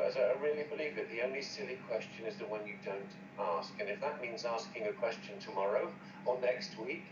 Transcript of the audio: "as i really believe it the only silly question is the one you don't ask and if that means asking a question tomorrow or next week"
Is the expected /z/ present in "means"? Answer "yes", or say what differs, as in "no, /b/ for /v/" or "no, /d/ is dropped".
yes